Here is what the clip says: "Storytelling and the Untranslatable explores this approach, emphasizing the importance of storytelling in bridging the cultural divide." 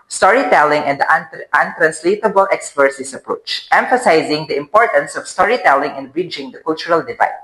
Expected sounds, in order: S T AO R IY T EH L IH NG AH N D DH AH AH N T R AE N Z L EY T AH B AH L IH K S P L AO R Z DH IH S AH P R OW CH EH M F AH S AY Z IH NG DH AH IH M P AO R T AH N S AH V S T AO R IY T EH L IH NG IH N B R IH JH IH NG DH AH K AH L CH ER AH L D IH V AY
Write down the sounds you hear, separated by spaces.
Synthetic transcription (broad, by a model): S T AO R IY T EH L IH NG AH N D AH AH N T R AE N S L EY T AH B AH L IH K S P AH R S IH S AH P R OW CH EH M F AH S AY Z IH NG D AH IH M P AO R T AH N S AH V S T AO R IY T EH L IH NG IH N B R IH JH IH NG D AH K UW L CH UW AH L D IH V AY